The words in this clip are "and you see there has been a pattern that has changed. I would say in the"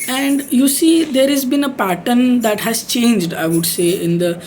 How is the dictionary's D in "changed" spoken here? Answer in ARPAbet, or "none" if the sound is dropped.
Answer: D